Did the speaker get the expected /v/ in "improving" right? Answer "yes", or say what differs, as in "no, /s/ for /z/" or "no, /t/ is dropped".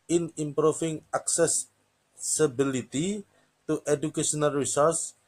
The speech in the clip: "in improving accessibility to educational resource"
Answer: no, /f/ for /v/